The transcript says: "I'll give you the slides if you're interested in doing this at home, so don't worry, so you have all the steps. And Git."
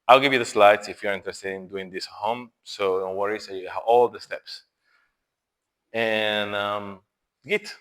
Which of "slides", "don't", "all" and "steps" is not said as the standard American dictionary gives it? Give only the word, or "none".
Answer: slides